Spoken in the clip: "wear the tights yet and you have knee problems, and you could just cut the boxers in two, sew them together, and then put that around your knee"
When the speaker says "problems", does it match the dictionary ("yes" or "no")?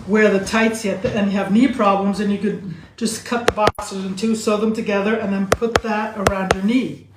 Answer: yes